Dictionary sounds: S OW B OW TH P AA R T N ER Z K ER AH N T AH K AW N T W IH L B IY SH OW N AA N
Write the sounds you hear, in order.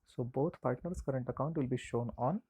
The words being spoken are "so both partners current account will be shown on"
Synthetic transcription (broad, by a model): S OW B OW T P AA R T N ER S K ER AH N T AH K AW N T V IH L B IY SH OW N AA N